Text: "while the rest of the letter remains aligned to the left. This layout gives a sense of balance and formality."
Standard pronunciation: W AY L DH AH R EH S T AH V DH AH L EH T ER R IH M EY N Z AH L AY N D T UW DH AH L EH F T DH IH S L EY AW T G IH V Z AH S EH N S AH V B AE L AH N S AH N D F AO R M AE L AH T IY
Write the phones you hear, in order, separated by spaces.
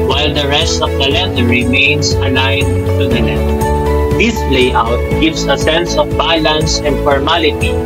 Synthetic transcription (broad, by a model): W AY L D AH R EH S T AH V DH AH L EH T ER R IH M EY N S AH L AY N T UW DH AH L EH T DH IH S L EY AW T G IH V S AH S EH N S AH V B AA L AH N S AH N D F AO R M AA L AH T IY